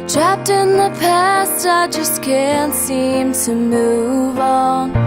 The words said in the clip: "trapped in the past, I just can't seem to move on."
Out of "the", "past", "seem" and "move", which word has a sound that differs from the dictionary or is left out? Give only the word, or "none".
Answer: none